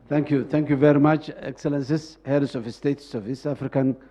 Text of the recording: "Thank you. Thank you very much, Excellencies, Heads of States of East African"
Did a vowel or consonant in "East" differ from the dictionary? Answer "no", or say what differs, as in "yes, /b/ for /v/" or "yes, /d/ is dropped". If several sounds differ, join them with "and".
yes, /t/ is dropped